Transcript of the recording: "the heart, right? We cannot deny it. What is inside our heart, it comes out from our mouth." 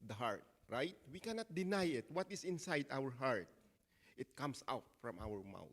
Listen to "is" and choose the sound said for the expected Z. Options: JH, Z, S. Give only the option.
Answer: S